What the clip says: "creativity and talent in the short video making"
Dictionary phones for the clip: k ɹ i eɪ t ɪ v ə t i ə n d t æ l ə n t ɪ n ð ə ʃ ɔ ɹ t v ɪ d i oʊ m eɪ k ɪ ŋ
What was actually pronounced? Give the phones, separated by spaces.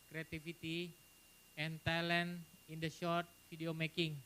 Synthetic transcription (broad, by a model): k ɹ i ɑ t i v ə t i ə n t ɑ l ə n ɪ n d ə ʃ ɔ ɹ t f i d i oʊ m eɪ k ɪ ŋ